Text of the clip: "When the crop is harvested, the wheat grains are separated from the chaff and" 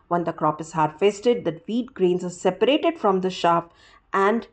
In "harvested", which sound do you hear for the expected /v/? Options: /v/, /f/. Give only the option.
/f/